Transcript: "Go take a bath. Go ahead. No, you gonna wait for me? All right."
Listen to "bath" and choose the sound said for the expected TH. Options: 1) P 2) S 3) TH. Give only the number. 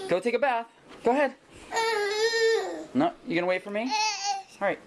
3